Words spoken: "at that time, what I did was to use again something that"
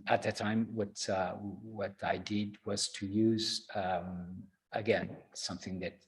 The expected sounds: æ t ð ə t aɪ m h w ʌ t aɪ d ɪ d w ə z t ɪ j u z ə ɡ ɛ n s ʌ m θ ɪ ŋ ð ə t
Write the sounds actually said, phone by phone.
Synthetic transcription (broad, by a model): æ t ð ə t aɪ m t w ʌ t aɪ d ɪ d w ə z t ɪ j u z ə ɡ ɛ n s ʌ m θ ɪ ŋ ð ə t